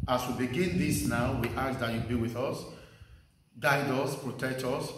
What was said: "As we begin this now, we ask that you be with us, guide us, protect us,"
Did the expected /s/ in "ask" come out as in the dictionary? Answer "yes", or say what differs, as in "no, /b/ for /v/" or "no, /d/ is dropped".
no, /s/ is dropped